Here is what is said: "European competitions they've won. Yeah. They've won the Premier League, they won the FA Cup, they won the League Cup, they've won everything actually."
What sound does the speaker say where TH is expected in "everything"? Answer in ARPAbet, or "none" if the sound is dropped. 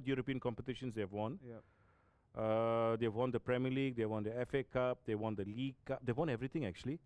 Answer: T